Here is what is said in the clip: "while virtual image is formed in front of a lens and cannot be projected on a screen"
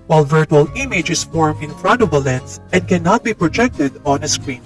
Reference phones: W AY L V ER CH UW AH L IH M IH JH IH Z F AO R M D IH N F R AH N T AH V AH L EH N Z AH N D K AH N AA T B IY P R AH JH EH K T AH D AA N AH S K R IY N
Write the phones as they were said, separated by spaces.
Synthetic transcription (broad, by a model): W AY L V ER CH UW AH L IH M IH JH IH S F AO R M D IH N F R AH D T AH B AH L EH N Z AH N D K AH N AA T B IY P R AH JH EH K T AH D AA N AH S K R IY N